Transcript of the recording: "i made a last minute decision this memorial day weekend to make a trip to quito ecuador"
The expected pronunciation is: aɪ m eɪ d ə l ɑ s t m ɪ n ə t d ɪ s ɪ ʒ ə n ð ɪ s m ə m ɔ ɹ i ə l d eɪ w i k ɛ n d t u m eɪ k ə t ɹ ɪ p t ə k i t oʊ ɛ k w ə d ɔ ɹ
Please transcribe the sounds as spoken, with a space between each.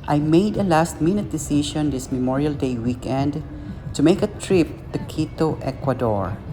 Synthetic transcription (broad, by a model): aɪ m eɪ d ə l ɑ s t m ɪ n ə t d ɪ s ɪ ʃ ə n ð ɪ s m ə m ɔ ɹ i ə l d eɪ w i k ɛ n d t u m eɪ k ə t ɹ ɪ p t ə k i t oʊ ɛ k w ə d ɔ ɹ